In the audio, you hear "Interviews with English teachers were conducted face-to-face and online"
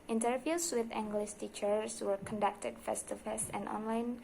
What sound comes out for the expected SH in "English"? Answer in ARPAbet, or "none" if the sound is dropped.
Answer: S